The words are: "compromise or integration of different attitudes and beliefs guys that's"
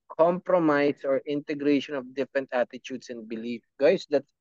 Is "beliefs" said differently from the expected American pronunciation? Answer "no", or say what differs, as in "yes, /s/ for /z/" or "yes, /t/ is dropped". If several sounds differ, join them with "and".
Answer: yes, /s/ is dropped